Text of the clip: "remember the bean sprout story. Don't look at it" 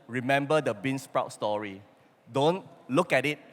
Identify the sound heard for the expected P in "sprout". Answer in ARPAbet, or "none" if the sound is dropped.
P